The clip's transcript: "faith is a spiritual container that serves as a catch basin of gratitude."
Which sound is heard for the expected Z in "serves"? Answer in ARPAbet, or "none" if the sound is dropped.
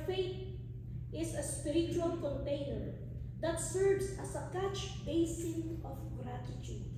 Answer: S